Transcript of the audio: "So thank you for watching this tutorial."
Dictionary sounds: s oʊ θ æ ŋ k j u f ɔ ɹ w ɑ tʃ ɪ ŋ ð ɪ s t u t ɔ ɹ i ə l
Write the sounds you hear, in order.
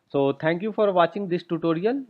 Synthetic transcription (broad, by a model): s oʊ t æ ŋ k j u f ɔ ɹ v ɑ tʃ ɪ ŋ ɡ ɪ s t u t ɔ ɹ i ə l